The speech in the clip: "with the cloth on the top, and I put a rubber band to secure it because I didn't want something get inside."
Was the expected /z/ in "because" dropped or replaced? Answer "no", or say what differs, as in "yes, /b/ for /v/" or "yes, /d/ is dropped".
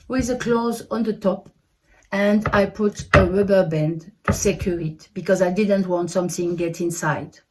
no